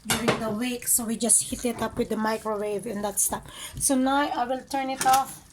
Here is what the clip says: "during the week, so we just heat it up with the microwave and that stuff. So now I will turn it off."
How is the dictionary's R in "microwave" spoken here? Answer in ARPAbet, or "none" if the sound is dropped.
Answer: R